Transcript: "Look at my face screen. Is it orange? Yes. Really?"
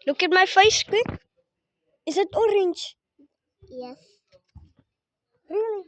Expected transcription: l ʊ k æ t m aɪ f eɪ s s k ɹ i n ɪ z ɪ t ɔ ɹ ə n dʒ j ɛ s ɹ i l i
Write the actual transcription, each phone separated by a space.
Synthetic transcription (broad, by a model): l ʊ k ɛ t m aɪ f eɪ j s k l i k ɪ z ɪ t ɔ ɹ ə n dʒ j ɛ s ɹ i l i